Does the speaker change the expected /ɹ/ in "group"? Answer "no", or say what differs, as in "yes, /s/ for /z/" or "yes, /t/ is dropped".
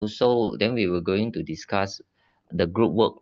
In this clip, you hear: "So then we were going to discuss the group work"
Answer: no